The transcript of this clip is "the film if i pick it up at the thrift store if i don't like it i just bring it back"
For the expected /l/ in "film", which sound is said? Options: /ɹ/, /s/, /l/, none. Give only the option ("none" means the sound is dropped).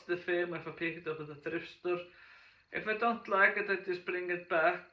none